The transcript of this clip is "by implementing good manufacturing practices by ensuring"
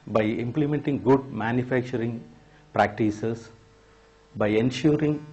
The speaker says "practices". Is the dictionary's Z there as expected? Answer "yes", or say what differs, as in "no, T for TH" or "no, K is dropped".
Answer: no, S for Z